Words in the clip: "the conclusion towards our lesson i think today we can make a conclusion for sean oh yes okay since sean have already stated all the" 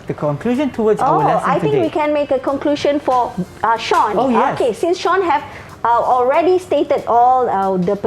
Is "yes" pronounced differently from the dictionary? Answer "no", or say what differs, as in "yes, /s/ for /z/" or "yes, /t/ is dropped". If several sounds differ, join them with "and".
yes, /s/ is dropped